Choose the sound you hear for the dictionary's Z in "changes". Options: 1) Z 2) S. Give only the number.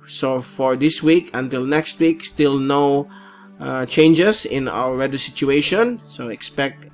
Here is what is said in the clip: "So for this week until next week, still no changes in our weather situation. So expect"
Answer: 2